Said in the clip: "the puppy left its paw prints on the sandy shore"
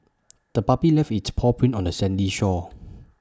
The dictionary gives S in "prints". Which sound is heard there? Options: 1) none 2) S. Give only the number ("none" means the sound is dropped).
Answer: 1